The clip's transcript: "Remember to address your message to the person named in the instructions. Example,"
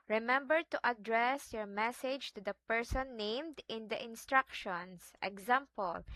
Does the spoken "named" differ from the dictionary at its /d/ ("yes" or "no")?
no